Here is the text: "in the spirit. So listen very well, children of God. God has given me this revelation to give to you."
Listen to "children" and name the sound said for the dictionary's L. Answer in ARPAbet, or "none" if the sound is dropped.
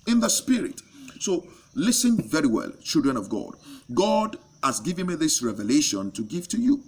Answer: L